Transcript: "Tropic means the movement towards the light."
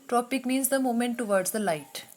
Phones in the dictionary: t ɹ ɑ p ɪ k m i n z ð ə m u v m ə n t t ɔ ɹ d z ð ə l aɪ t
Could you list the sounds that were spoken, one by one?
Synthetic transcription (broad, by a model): t ɹ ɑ p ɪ k m i n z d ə m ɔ m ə n t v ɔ ɹ d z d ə l aɪ t